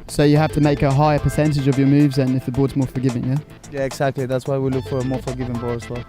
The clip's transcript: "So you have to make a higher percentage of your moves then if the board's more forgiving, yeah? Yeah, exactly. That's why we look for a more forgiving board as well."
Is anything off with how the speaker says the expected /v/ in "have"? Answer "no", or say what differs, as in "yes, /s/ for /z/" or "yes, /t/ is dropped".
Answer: yes, /f/ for /v/